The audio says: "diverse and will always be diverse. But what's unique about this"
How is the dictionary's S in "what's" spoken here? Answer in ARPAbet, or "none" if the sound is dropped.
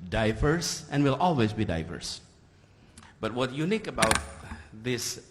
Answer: none